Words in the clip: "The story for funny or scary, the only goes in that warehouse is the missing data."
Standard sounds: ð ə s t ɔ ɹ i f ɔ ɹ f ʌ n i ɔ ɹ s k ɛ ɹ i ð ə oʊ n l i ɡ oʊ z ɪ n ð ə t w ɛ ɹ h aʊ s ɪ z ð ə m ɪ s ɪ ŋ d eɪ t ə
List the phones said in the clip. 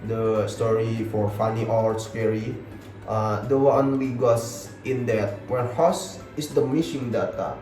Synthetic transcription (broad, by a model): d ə s t ɔ ɹ i f ɔ ɹ f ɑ n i ɔ ɹ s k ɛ ɹ i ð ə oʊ n w i ɡ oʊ s ɪ n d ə t w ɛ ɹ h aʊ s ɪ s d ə m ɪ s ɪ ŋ d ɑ t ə